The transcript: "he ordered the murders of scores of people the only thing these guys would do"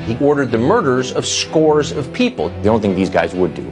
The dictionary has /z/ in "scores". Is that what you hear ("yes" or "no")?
yes